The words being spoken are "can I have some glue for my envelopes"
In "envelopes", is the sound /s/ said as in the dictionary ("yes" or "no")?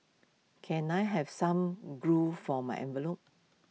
no